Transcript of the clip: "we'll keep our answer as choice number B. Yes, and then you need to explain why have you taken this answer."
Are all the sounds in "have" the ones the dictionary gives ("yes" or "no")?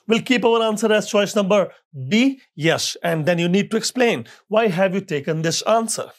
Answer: yes